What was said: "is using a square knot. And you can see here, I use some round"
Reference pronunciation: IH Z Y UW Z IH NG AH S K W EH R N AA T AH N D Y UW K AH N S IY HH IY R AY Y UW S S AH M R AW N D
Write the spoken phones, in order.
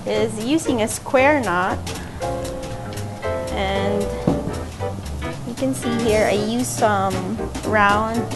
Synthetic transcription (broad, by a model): IH Z Y UW Z IH NG AH S K W EH R N AA T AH N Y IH K AH N S IY HH IY R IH Y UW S S AH M R AW N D